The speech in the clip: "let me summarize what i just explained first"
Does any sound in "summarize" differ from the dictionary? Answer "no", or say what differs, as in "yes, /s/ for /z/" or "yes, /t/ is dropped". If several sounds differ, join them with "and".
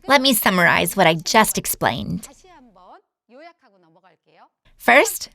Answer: no